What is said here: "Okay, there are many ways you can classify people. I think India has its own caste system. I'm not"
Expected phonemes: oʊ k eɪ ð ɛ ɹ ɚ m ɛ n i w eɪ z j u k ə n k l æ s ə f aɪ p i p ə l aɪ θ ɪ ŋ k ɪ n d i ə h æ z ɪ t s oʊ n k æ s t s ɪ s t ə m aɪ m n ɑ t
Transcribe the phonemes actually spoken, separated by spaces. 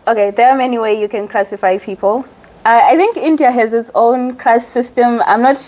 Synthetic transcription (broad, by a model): oʊ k eɪ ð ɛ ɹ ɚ m ɛ n i w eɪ j u k ə n k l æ s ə f aɪ p i p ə l aɪ θ ɪ ŋ k ɪ n d i ə h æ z ɪ t s oʊ n k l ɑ s ɪ s t ə m aɪ m n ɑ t